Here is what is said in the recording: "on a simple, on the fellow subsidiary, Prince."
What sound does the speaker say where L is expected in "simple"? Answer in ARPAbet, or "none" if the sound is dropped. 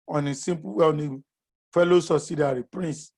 W